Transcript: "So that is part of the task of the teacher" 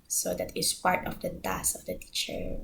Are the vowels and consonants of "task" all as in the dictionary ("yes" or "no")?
no